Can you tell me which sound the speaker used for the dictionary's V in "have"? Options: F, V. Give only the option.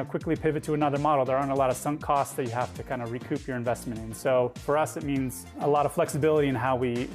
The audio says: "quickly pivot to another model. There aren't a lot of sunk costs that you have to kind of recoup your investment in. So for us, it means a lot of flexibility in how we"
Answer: F